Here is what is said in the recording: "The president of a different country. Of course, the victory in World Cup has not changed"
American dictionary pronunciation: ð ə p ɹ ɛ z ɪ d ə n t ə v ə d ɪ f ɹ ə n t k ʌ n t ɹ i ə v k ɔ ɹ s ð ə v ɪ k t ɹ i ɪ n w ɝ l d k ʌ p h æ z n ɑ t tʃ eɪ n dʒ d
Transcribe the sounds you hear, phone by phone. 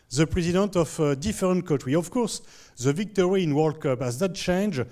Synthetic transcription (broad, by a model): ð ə p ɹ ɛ z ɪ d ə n t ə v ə d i f ɹ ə n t k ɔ t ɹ i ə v k ɔ ɹ s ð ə v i k t ɹ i ɪ n w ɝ l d k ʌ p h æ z n ɑ t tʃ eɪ n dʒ